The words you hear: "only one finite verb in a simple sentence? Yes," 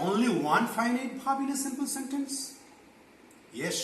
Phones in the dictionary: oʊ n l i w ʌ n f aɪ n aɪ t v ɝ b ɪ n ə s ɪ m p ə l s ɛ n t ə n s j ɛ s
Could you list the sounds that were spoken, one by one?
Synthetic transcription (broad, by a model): oʊ n l i w ʌ n f aɪ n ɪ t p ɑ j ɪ l ə s ɪ m p ə l s ɛ n t ə n s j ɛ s